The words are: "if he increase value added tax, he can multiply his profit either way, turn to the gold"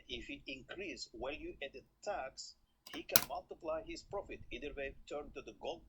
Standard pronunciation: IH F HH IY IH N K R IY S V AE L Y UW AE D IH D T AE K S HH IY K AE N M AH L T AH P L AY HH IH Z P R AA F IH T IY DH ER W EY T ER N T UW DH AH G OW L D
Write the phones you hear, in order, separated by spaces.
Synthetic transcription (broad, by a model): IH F HH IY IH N K R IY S W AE L Y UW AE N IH T AE K S HH IY K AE N M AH L T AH P L AY HH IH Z P R AA F IH T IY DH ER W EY T ER N T UW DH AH G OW L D